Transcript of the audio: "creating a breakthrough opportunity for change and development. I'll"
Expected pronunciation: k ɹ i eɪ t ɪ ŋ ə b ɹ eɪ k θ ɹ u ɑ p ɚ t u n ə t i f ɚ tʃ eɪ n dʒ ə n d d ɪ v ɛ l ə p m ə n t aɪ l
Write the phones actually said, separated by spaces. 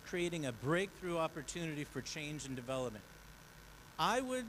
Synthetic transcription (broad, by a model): k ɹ i eɪ t ɪ ŋ ə b ɹ eɪ k θ ɹ u ɑ p ɚ t u n ə t i f ɚ tʃ eɪ n dʒ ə n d d ɪ v ɛ l ə p m ə n t aɪ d